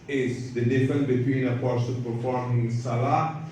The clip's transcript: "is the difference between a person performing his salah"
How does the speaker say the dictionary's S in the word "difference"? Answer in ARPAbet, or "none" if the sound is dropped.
none